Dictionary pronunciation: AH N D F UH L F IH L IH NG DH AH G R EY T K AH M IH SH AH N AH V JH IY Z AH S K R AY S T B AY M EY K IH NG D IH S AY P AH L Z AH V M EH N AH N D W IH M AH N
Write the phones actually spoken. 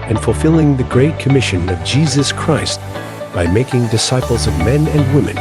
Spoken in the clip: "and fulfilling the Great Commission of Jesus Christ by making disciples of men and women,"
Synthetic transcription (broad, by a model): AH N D F L F IH L IH NG DH AH G R EY T K AH M IH SH AH N AH V JH IY Z AH S K R AY S T B AY M EY K IH NG D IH S AY P L Z AH V M EH N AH N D W IH M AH N